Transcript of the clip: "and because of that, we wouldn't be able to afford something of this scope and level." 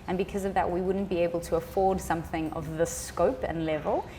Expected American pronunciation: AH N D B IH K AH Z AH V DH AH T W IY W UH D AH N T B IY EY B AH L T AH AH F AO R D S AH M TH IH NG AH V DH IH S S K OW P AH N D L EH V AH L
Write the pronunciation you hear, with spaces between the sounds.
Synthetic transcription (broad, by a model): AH N B IH K AH Z AH V DH AH T W IY W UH D N B IY EY B AH L T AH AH F AO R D S AH M TH IH NG AH V DH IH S S K OW P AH N L EH V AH L